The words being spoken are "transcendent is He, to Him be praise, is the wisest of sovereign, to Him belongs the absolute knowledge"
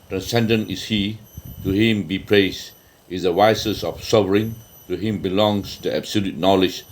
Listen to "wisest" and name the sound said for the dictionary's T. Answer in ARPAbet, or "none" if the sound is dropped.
none